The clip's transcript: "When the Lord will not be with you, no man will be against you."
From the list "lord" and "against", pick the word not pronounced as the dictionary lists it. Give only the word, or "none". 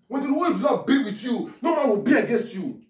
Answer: lord